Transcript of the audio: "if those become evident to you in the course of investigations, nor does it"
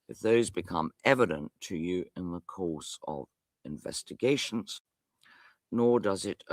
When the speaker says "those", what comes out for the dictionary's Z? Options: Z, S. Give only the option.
Z